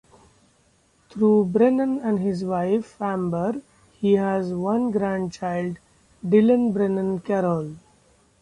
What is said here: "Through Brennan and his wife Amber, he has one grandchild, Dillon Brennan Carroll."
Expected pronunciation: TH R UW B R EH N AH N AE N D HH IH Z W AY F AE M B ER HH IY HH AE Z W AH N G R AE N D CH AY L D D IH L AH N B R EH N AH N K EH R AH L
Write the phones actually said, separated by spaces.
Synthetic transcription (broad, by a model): T R UW B R EH N AH N AE N D HH IH Z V AY F AE M B ER HH IY HH AE Z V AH N G R AE N D CH AY L D D IH L AH N B R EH N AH N K EH R AH L